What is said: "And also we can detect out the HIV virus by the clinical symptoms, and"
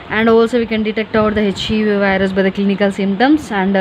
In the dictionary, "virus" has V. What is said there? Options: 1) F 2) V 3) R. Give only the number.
2